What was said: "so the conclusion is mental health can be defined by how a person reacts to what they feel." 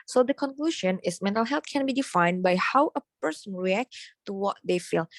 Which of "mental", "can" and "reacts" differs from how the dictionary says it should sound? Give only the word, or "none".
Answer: reacts